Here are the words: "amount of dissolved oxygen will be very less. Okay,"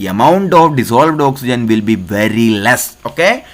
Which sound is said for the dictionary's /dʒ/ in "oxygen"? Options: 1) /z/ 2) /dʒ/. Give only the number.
2